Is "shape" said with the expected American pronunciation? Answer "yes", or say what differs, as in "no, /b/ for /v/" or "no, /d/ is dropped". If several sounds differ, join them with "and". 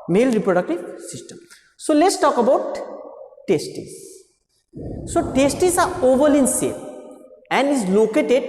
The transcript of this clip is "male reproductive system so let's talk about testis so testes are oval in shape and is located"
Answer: no, /s/ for /ʃ/